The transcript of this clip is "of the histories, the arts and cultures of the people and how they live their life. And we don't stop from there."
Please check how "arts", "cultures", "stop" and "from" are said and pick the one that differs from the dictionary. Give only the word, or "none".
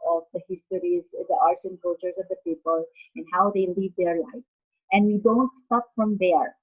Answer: cultures